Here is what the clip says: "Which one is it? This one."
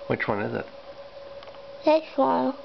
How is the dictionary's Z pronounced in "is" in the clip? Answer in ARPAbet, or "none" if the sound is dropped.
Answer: Z